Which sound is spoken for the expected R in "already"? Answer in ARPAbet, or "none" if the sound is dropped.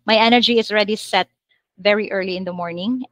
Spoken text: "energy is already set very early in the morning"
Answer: R